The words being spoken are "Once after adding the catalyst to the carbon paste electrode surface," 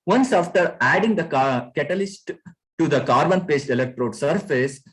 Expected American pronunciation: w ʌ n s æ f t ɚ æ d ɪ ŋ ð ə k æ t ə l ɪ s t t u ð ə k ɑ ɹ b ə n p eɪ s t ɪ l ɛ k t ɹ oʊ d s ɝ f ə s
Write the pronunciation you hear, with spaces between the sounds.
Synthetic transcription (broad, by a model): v ʌ n s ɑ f t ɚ æ d ɪ ŋ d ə k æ t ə l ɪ s t t u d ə k ɑ ɹ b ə n p eɪ s t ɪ l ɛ k t ɹ oʊ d s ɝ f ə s